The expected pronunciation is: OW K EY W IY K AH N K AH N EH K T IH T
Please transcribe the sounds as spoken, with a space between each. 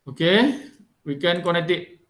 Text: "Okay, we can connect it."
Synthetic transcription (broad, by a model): OW K EY W IY K AH N K AH N EH K T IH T